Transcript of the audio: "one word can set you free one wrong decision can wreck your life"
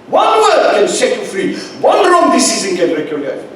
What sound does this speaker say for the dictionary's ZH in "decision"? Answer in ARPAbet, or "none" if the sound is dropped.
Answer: Z